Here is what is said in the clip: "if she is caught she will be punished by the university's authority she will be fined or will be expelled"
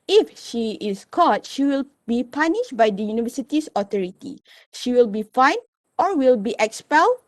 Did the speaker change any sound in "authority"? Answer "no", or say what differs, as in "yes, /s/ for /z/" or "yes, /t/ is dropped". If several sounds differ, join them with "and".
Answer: yes, /t/ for /θ/